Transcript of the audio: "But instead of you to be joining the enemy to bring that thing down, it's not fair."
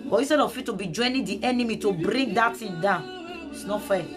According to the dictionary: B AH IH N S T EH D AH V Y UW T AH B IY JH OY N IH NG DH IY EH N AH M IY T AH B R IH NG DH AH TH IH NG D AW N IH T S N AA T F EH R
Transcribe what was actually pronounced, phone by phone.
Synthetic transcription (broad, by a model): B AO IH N S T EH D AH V Y UW T AH B IY JH OY N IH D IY EH N AH M IY T AH B R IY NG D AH T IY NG D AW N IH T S N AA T F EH